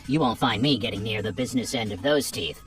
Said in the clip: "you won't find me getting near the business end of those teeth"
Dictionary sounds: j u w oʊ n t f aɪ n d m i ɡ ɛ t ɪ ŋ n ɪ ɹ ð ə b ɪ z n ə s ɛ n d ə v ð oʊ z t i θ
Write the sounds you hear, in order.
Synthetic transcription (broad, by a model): j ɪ w oʊ n t f aɪ n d m i ɡ ɛ t ɪ ŋ n ɪ ɹ ð ə b ɪ z n ə s ɛ n d ə v ð oʊ z t i θ